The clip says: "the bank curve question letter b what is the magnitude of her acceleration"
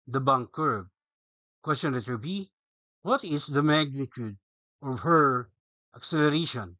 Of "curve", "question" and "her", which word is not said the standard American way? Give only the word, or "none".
curve